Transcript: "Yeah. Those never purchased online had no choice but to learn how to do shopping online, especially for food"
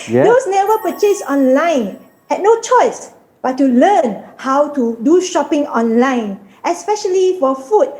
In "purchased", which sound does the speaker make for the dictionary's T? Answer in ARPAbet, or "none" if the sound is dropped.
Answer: none